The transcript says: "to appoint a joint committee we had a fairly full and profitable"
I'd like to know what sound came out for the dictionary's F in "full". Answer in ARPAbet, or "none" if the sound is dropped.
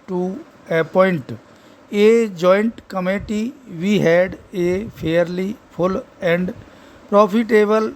P